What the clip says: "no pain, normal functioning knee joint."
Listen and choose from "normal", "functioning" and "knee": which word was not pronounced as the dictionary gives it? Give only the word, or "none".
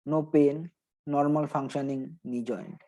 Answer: functioning